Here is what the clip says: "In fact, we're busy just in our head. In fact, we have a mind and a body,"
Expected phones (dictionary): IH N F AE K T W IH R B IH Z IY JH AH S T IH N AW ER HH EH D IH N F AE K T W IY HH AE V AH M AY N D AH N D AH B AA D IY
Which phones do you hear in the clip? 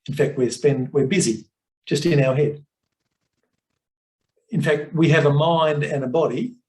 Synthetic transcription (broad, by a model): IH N F AE K T W IH R B IH Z IY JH AH S T IH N AW ER HH EH D IH N F AE K T W IY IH V AH M AY N D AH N AH B AA D IY